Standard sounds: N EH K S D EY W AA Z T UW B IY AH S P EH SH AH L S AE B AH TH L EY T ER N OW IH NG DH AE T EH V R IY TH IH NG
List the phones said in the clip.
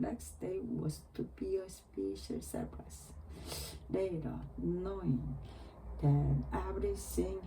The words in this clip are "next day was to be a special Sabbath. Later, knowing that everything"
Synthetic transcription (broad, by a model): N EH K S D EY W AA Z T UW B IY AH S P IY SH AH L S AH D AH S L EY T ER N OW IH NG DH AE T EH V R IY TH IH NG